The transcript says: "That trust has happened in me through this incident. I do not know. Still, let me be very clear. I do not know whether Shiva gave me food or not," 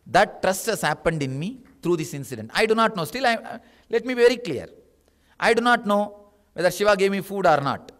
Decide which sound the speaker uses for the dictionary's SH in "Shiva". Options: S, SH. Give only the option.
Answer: SH